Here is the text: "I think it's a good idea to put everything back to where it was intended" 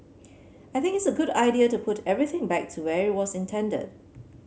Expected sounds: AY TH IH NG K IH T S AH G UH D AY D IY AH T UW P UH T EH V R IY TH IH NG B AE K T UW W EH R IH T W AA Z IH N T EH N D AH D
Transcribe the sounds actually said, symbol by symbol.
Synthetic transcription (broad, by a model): AY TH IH NG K IH T S AH G UH D AY D IY AH T UW P UH T EH V R IY TH IH NG B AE K T UW W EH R IH T W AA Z IH N T EH N D AH D